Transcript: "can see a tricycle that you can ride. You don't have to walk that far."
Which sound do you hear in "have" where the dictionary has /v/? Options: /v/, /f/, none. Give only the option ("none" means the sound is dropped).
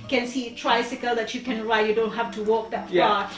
/f/